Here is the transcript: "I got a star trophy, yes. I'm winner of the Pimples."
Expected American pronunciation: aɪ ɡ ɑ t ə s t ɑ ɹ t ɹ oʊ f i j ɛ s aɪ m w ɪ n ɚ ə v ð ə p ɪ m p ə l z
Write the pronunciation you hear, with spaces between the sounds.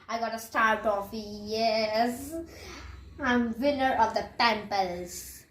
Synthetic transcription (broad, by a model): aɪ ɡ ɑ t ə s t ɑ ɹ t oʊ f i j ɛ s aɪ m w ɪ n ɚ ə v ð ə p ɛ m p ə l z